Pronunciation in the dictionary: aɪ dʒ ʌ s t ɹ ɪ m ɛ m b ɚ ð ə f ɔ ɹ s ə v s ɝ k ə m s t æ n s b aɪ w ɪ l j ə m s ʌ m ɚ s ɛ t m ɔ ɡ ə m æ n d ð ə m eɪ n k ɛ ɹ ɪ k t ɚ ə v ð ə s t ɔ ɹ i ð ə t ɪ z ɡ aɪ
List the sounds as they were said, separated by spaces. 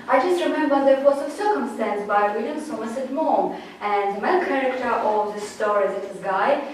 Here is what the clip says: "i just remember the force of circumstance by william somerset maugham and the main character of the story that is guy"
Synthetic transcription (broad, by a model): aɪ dʒ ʌ s t ɹ ɪ m ɛ m b ɚ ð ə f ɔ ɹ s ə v s ɝ k ə m s t æ n s b aɪ w ɪ l j ə m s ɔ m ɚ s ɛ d m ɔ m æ n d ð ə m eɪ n k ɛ ɹ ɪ k t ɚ ə v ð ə s t ɔ ɹ i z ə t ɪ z ɡ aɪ